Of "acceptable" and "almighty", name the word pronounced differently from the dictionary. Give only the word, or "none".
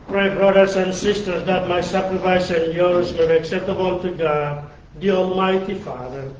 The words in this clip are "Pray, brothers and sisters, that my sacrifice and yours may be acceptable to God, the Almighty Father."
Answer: none